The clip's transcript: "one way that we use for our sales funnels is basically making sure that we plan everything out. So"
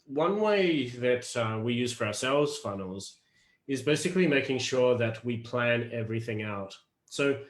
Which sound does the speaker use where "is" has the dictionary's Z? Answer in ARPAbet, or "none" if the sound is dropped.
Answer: Z